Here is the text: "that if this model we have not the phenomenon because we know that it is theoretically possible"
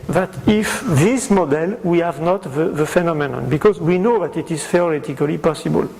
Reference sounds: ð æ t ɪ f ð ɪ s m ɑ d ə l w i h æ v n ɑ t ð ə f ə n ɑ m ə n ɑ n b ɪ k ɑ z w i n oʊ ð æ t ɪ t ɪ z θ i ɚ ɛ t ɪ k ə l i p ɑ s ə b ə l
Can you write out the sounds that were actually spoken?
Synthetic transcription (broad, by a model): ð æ t ɪ f ð ɪ s m ɑ d ə l w i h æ v n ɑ t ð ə f ə n ɑ m ə n ɑ n b ɪ k ɑ z w i n oʊ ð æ t ɪ t ɪ z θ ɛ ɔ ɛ t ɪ k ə l i p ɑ s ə b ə l